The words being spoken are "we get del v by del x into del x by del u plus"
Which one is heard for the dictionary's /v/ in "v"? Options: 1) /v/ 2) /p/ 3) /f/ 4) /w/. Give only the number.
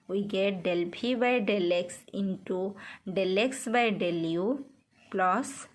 2